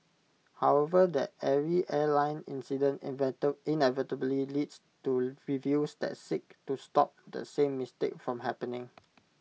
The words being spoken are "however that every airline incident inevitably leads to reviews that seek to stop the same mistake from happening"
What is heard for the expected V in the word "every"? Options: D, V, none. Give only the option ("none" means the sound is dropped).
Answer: none